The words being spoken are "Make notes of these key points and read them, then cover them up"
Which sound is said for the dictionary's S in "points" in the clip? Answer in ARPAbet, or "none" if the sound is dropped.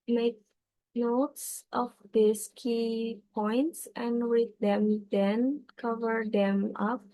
S